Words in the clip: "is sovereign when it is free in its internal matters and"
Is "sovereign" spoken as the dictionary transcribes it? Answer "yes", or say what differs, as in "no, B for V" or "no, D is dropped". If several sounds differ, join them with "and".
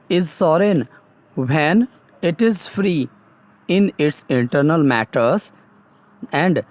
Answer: no, V is dropped